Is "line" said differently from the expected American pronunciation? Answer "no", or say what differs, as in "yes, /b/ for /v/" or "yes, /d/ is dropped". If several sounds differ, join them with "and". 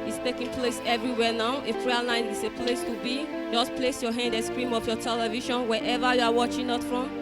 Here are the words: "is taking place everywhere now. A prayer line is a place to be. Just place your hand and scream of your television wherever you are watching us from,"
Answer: yes, /n/ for /l/